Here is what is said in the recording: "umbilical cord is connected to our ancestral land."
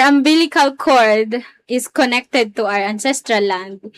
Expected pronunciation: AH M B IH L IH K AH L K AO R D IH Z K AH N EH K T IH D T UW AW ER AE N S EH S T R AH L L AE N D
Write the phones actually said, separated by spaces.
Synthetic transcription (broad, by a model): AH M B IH L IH K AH L K AO R D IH S K AH N EH K T IH D T UW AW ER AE N S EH S T R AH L L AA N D